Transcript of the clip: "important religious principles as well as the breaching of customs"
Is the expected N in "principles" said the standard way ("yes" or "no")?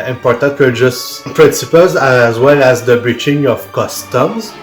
no